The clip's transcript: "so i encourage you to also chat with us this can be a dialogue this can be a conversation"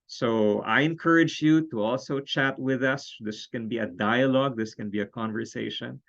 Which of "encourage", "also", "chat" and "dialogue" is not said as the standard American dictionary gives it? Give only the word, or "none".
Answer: none